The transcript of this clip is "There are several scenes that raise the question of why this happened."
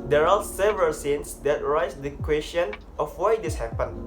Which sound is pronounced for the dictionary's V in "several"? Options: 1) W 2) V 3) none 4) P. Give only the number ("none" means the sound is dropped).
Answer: 2